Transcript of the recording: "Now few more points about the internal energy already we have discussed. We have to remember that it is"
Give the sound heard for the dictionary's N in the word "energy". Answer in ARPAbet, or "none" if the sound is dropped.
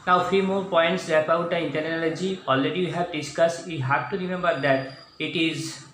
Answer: L